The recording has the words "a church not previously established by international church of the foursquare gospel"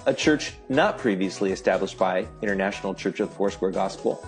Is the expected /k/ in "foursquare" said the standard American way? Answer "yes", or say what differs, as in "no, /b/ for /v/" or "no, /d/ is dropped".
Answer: no, /k/ is dropped